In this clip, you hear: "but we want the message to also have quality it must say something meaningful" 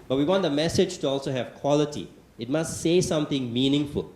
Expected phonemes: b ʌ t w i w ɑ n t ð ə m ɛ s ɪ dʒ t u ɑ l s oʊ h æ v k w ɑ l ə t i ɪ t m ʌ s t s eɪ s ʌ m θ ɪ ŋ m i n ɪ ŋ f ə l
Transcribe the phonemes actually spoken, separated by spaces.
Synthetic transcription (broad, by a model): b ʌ t w i w ɑ n t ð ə m ɛ s ɪ dʒ t u ɑ l s oʊ h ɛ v k w ɑ l ə t i ɪ t m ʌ s t s eɪ s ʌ m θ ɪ ŋ m i n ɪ ŋ f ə l